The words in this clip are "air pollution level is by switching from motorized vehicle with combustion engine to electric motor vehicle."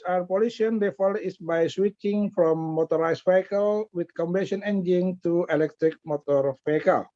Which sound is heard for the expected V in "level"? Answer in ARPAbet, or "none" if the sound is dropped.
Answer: F